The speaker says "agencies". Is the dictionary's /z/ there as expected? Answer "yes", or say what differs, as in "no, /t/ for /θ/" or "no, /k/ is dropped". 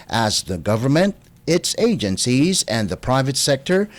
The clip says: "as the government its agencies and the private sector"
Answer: yes